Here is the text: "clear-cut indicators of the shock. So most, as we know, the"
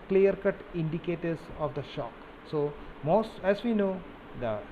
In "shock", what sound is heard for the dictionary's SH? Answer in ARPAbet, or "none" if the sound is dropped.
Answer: SH